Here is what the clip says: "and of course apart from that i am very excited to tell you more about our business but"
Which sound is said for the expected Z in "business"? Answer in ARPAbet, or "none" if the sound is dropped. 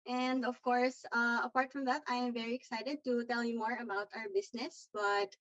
S